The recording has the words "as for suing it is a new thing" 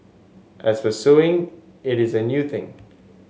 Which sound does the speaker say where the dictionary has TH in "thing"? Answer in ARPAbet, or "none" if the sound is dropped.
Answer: TH